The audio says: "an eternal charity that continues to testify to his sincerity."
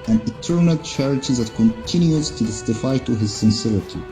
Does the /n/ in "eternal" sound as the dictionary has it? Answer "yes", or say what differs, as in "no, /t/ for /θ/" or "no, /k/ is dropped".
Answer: yes